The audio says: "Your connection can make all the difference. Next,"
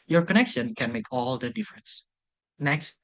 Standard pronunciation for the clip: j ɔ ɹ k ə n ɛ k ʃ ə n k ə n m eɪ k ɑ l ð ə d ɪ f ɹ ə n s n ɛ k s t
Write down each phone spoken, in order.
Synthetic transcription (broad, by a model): j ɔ ɹ k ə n ɛ k ʃ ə n k ə n m eɪ k ɑ l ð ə d ɪ f ɹ ə n s n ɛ k s t